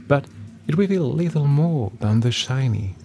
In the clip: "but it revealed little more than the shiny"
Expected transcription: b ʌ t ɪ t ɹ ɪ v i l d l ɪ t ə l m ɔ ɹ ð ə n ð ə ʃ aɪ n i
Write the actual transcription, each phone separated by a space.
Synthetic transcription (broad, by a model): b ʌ t ɪ t w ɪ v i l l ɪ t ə l m ɔ ɹ ð ə n ð ə ʃ aɪ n i